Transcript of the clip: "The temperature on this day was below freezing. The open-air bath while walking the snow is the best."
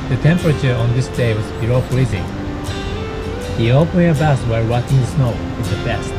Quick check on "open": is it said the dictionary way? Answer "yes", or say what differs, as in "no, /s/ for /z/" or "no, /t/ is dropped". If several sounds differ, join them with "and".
no, /n/ is dropped